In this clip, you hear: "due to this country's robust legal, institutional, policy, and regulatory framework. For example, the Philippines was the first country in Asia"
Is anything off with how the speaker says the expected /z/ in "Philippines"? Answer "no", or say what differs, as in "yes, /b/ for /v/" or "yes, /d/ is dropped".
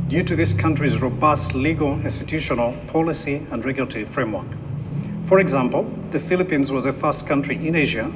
no